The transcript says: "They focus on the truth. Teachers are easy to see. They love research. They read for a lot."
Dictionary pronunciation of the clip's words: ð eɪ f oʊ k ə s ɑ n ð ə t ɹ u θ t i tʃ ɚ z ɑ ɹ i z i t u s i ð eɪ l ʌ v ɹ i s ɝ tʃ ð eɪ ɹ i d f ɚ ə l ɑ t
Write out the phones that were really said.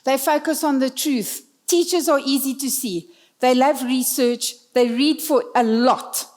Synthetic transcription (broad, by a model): ð eɪ f oʊ k ə s ɑ n ð ə t ɹ u θ t i tʃ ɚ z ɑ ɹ i z i t u s i ð eɪ l ʌ v ɹ i s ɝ tʃ ð eɪ ɹ i d f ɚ ə l ɑ t